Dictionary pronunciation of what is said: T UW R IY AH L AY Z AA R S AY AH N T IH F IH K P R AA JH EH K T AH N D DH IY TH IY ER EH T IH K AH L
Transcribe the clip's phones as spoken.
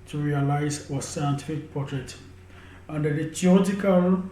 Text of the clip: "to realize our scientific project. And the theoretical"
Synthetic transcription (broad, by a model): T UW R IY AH L AY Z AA S AY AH N T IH F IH K P AA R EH T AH N D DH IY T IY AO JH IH K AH L